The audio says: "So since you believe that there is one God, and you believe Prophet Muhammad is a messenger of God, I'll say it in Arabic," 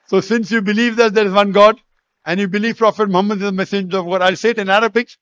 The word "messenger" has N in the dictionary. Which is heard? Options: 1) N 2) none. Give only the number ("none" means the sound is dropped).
2